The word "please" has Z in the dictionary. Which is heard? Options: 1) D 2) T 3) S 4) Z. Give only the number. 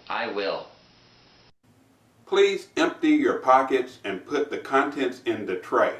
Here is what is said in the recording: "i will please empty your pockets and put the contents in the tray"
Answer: 4